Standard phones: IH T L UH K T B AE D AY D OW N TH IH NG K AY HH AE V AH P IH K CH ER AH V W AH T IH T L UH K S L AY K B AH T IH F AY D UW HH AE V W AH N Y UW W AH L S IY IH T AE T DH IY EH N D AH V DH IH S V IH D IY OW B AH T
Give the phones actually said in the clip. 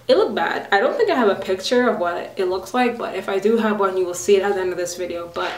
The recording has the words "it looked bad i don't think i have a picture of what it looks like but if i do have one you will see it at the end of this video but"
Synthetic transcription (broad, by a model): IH T L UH K B AE D AY D OW N TH IH NG K AY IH V AH P IH K CH ER AH V W AH T IH T L UH K S L AY K B AH T IH F AY D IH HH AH V W AH N Y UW W AH L S IY IH T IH T DH IY EH N D AH V DH IH S V IH D IY OW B AH T